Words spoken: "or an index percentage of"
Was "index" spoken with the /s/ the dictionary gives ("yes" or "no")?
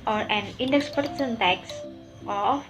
yes